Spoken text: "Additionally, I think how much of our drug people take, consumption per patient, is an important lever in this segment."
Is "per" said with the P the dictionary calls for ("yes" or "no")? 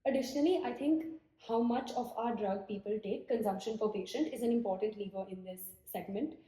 no